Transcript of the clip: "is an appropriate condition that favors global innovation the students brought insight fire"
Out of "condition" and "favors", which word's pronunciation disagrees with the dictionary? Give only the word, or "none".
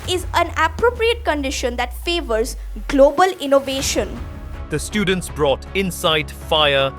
none